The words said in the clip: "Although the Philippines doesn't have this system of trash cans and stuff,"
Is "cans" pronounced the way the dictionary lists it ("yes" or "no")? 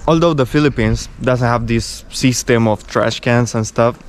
no